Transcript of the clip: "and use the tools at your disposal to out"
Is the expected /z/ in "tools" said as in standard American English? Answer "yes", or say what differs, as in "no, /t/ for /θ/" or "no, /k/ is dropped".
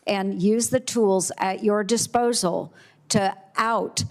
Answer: yes